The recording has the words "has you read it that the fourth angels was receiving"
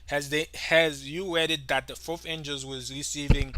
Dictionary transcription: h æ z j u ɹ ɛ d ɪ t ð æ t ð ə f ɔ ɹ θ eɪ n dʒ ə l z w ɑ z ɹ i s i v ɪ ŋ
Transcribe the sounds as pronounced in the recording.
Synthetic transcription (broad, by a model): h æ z j u w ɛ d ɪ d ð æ t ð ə f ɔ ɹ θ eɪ n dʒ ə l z w ɑ z ɹ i s i v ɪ ŋ